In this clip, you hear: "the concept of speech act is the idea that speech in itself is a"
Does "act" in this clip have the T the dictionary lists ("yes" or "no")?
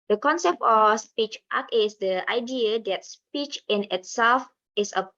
no